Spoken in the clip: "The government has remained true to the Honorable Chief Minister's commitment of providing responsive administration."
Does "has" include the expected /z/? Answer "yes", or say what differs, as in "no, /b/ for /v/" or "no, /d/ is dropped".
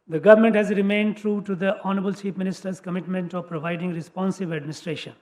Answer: yes